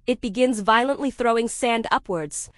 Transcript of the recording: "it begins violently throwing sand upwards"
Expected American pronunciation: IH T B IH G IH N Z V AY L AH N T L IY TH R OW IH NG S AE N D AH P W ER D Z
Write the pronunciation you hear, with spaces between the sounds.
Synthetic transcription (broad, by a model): IH T B IH G IH N Z V AY L AH N T L IY TH R OW IH NG S AE N D AH P W ER D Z